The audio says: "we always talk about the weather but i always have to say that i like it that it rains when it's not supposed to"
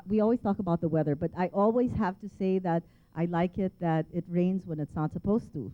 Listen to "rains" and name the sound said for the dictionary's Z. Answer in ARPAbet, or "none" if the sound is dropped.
Z